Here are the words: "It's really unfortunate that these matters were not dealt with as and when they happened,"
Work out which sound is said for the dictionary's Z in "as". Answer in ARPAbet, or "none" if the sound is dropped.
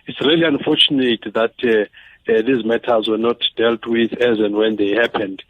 Z